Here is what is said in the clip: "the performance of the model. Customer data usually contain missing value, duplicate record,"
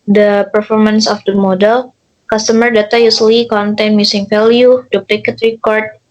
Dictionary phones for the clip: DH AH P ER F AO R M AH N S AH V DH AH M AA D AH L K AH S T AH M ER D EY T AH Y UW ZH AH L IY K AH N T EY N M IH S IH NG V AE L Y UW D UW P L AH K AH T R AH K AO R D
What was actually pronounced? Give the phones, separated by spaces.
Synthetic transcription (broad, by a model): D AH P ER F AO R M AH N S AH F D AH M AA D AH L K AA S T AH M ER D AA T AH Y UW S L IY K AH N T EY N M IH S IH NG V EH L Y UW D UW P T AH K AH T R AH K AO R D